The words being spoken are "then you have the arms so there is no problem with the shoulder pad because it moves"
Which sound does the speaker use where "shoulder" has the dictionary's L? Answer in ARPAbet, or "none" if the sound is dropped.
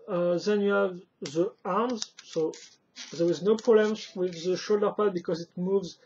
L